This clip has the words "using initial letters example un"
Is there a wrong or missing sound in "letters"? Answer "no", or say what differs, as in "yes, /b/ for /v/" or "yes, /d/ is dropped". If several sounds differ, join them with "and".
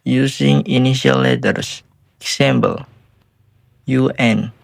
yes, /s/ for /z/